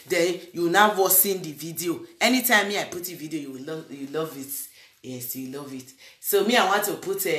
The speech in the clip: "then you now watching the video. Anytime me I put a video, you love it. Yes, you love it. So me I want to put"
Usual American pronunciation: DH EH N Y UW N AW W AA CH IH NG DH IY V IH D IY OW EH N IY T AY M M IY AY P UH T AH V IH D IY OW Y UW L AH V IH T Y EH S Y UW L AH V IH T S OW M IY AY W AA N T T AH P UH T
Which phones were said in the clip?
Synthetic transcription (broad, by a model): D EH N Y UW N AW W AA S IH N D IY V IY D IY OW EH N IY T AY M M IY AY P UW T AH V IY D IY OW Y UW L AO V IH T Y EH S Y UW L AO V IH T S OW M IY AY W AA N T T AH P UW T